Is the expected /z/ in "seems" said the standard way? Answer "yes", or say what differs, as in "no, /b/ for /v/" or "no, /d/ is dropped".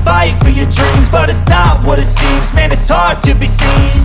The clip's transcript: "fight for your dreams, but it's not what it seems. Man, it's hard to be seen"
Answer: yes